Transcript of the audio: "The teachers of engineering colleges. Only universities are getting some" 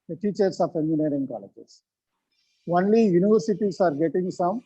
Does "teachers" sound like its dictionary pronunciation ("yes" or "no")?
no